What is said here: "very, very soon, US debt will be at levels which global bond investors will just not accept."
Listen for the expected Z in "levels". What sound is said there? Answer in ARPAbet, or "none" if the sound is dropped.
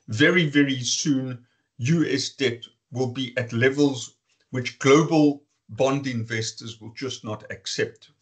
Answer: Z